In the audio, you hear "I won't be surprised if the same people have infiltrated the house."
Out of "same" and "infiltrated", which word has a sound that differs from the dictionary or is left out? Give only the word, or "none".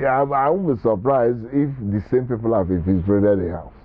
infiltrated